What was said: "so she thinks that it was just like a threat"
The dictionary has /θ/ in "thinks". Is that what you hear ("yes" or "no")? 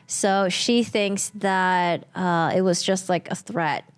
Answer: yes